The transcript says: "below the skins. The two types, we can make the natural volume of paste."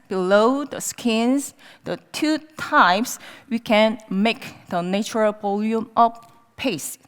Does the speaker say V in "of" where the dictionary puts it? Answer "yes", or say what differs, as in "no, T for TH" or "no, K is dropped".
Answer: no, F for V